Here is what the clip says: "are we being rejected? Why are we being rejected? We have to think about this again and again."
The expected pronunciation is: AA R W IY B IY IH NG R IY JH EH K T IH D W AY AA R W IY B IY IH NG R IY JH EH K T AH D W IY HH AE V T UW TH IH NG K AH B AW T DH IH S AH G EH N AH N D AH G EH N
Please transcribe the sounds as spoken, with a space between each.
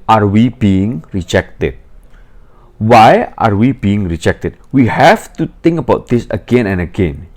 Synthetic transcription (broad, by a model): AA R W IY B IY IH NG R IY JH EH K T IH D W AY AA R W IY B IY IH NG R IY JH EH K T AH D W IY HH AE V T UW T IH NG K AH B AW T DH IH S AH G EH N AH N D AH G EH N